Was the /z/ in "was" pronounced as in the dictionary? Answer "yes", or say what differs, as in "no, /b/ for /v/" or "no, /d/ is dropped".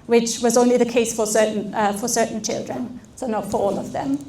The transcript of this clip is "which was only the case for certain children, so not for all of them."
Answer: yes